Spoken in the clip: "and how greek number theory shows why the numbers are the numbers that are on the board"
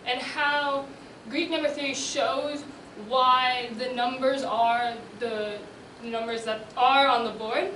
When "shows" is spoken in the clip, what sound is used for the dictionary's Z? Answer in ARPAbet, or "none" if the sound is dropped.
Z